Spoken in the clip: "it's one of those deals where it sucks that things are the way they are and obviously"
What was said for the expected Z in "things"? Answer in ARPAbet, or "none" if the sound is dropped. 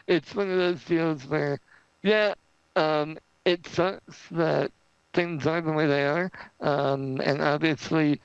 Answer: Z